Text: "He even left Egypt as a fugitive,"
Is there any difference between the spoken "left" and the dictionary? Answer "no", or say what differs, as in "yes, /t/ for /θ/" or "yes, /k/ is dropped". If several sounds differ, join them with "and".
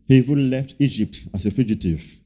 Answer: no